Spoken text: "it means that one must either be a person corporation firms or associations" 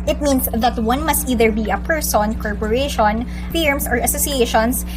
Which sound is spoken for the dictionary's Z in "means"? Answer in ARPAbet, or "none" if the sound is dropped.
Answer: S